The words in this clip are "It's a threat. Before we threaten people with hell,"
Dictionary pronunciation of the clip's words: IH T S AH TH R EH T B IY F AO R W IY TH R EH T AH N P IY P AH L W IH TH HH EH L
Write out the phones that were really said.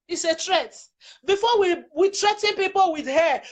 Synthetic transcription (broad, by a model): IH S AH T R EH T B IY F AO W W IY T R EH T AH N P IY P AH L W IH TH HH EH